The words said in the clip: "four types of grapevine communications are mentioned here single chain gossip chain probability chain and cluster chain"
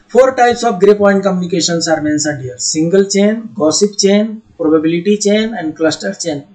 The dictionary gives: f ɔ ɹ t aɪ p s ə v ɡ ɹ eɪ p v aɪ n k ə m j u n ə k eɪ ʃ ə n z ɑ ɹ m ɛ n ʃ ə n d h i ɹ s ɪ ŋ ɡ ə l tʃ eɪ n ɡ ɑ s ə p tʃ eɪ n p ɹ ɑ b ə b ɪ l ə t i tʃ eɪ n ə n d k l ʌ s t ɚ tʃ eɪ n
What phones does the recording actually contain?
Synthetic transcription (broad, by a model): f ɔ ɹ t aɪ p s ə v ɡ ɹ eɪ p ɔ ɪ n k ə m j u n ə k eɪ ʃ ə n s ɑ ɹ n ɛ n s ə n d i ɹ s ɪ ŋ ɡ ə l tʃ eɪ n ɡ ɑ s ə p tʃ eɪ n p ɹ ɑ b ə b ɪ l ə t i tʃ eɪ n ə n d k l ʌ s t ɚ tʃ eɪ n